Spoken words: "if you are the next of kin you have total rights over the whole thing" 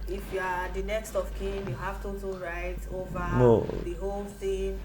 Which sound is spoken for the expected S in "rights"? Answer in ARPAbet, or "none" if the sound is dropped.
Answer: none